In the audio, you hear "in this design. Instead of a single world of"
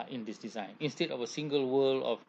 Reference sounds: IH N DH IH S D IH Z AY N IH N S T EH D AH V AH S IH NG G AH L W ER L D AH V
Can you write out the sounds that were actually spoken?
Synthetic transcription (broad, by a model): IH N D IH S D IH Z AY N IH N S T EH D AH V AH S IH NG G AH L W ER L AH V